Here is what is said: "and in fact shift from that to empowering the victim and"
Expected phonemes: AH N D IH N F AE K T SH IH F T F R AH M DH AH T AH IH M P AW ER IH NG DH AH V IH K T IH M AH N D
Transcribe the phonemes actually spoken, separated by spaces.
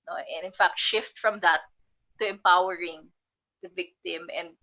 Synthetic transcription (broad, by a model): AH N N IH N F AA K T SH IH F T F R AH M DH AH T AH IH M P AW ER IH NG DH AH V IH K T IH M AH N D